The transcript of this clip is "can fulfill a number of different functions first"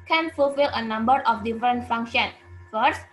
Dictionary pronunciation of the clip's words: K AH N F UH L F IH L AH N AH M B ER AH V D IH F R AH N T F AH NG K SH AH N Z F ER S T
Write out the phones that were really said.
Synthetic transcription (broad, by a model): K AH N F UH L F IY L AH N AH M B ER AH F D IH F R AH N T F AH NG K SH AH N F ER S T